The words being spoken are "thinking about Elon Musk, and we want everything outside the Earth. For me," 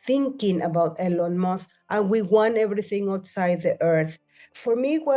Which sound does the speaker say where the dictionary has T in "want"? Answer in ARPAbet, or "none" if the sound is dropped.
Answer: none